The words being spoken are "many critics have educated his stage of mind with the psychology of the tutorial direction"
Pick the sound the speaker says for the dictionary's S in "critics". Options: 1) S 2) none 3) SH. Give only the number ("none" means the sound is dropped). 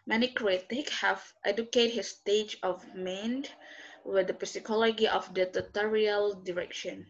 2